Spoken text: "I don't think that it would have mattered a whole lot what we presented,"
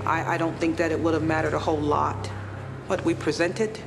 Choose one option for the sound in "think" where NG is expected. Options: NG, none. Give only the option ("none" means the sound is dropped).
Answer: NG